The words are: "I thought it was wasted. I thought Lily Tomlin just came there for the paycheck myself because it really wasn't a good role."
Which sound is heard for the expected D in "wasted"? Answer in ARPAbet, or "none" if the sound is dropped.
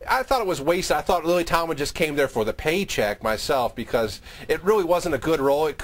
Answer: none